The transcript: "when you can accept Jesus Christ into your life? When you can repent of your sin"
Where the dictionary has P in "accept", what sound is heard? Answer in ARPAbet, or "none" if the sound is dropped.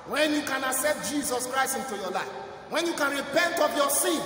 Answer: none